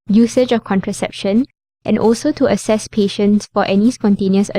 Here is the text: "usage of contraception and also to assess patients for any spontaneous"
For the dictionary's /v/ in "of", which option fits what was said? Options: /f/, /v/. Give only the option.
/f/